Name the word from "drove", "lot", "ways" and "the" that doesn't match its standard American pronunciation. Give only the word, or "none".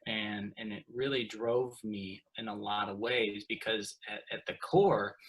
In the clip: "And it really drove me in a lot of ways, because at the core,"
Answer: none